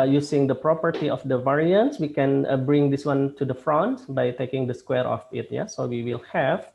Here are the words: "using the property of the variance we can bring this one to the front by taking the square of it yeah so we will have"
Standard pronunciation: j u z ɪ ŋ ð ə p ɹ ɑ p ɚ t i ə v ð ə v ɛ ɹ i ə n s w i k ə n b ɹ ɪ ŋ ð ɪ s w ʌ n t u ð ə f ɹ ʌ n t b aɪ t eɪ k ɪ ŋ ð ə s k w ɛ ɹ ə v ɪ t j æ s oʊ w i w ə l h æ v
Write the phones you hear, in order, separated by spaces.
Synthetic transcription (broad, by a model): j u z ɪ ŋ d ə p ɹ ɑ p ɚ t i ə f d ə v ɛ ɹ i ə n s w i k ə n b ɹ ɪ ŋ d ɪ s w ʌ n t u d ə f ɹ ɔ n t b aɪ t eɪ k ɪ ŋ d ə s k w ɛ ɹ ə f ɪ t j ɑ s oʊ w i w ə l h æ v